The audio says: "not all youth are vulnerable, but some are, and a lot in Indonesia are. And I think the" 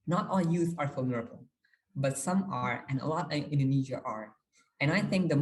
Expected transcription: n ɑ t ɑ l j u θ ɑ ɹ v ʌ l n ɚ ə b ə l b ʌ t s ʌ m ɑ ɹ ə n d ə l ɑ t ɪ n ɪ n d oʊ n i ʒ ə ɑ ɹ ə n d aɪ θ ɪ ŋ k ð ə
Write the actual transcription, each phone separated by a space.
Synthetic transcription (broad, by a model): n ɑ t ɑ l j u θ ɑ ɹ f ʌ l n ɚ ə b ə l b ʌ t s ʌ m ɑ ɹ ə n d ə l ɑ t ɪ n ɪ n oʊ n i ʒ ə ɑ ɹ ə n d aɪ θ ɪ ŋ k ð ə